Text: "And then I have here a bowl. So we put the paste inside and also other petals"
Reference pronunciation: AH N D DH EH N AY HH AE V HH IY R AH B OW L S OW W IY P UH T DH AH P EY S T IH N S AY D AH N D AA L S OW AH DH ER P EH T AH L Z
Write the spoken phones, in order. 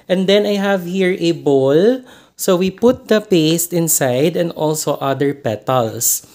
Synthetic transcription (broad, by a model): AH N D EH N AY HH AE V HH IY R AH B OW L S OW W IY P UH T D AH P EY S T IH N S AY D AH N D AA L S OW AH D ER P EH T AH L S